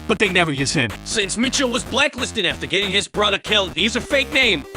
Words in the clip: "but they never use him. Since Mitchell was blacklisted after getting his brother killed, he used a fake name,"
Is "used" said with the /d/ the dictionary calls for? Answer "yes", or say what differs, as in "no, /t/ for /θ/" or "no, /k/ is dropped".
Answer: no, /d/ is dropped